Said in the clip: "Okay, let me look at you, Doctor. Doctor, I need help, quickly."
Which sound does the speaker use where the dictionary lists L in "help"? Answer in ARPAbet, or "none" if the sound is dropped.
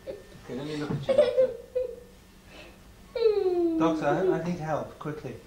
L